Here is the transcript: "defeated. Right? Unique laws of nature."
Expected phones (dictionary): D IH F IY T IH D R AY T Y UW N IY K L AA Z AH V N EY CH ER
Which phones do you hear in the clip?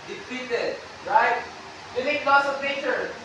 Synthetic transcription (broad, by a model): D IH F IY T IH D R AY T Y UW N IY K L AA S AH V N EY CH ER